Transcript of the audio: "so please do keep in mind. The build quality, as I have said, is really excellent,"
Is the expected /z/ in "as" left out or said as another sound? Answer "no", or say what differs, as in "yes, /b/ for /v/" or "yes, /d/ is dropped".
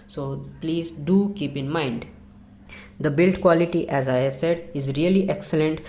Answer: no